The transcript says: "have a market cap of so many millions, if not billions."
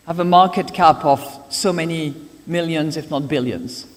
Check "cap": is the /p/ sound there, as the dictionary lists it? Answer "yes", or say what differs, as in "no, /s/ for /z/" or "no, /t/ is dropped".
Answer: yes